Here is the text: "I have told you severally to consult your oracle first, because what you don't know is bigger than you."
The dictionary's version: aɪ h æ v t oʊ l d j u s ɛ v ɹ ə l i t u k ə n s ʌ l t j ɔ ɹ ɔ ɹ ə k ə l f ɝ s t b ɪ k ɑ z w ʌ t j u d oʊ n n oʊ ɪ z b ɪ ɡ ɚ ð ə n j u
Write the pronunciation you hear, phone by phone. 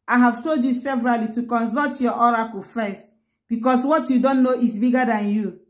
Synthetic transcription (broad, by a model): aɪ h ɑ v t oʊ l d j u s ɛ v ɹ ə l i t u k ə n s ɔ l t j ɔ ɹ ɔ ɹ ə k ə l f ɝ s t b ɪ k ɑ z w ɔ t j u d oʊ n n oʊ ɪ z b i ɡ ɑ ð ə n j u